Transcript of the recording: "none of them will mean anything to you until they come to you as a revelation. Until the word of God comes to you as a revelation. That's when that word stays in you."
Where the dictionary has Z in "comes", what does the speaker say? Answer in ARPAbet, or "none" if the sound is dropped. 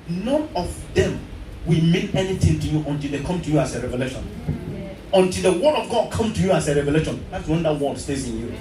none